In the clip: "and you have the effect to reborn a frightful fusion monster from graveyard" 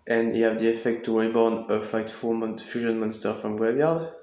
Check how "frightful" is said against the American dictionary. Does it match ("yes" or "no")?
no